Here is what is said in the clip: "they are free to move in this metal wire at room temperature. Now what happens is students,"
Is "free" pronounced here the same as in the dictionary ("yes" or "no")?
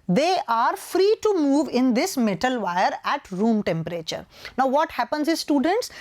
yes